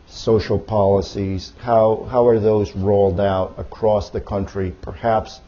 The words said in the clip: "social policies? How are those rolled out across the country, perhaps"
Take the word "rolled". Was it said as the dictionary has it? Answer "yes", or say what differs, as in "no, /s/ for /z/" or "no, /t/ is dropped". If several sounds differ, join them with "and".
yes